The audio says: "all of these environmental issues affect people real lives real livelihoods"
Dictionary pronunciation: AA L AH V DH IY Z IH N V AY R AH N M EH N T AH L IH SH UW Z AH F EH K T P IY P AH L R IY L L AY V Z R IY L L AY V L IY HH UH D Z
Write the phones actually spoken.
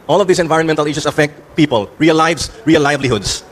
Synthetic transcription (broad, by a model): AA L AH V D IY S IH N V AY R AH N M EH N T AH L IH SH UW S AH F EH K T P IY P AH L R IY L L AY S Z R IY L L AY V L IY HH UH D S